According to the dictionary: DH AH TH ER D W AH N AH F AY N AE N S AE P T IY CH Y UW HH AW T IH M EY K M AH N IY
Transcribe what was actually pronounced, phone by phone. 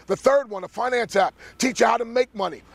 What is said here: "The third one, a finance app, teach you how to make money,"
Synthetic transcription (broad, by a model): DH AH TH ER D W AH N AH F AY N AE N S AE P T IY CH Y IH HH AW T IH M EY K M AH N IY